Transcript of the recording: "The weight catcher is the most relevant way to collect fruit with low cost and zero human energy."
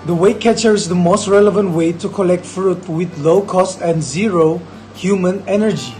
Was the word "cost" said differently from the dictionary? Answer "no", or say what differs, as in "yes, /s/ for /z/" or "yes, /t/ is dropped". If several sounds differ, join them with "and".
no